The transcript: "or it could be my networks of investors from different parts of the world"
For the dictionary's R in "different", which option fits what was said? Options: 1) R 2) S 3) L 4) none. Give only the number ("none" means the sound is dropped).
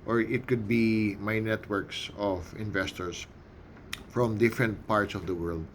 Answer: 1